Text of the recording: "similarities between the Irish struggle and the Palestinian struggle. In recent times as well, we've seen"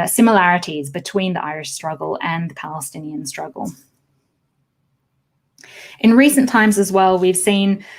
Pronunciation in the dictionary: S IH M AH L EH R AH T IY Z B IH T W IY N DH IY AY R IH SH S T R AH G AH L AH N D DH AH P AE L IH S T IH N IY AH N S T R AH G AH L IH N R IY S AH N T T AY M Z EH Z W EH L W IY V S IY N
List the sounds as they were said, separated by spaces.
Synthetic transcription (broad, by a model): S IH M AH L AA R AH T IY Z B IH T W IY N DH IY AY R IH SH S T R AH G AH L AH N DH AH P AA L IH S T IH N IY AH N S T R AH G AH L IH N R IY S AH N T T AY M Z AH Z W EH L W IY V S IY N